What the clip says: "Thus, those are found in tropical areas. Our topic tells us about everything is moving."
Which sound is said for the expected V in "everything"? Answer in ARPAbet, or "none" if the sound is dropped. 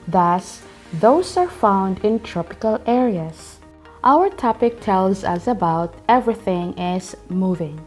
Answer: V